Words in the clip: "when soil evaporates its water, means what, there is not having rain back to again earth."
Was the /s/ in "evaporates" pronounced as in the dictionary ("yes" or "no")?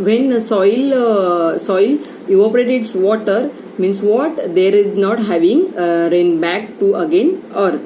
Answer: no